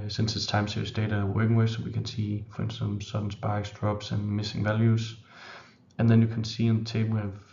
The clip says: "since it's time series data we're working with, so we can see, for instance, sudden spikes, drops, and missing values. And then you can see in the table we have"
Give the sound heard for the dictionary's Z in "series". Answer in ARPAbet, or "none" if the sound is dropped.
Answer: S